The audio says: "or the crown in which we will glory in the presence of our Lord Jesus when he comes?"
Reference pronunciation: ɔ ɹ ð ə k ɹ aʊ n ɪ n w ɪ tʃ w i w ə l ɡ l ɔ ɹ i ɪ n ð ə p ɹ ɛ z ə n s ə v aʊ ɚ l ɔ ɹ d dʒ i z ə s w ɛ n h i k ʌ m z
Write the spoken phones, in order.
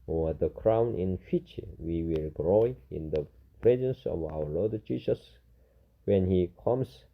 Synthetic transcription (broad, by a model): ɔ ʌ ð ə k ɹ aʊ n ɪ n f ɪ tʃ w i w ə l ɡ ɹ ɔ i ɪ n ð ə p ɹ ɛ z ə n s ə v aʊ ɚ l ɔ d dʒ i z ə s w ɛ n h i k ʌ m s